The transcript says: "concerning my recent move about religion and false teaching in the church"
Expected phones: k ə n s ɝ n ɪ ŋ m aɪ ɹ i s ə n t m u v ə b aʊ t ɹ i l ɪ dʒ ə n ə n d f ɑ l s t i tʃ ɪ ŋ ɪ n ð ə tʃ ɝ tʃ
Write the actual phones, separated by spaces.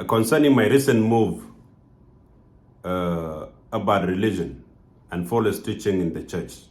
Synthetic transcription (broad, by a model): k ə n s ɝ n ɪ ŋ m aɪ ɹ i s ə n t m u v ə b aʊ t ɹ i l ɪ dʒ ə n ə n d f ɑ l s t i tʃ ɪ ŋ ɪ n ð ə tʃ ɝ tʃ